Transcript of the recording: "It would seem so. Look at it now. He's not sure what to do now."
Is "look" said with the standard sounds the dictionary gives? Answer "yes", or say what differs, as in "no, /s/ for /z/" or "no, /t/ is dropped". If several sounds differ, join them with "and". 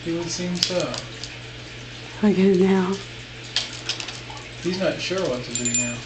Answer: no, /k/ is dropped